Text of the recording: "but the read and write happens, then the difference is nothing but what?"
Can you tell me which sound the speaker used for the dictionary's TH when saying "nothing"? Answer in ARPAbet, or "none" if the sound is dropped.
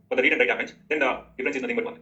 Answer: T